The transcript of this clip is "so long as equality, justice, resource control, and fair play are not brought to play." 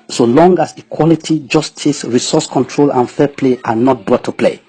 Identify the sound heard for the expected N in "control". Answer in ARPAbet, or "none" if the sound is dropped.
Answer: N